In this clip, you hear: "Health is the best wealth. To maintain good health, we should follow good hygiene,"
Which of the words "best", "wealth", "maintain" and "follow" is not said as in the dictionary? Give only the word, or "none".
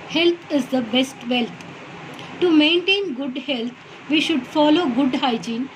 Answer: wealth